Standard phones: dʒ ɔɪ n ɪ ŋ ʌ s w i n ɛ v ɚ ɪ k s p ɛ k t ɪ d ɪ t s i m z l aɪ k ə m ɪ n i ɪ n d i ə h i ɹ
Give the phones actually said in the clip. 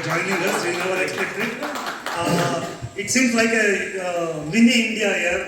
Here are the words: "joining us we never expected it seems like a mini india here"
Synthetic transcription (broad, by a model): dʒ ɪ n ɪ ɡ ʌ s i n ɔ ɚ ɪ k s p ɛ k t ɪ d ɪ t s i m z l aɪ k ə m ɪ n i ɪ n d i ə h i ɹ